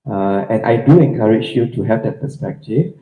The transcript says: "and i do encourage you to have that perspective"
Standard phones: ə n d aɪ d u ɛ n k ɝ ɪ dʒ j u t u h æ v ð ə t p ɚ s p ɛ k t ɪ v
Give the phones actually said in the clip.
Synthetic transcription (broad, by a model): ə n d aɪ d u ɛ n k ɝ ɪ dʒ j u t u h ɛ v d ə t p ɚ s p ɛ k t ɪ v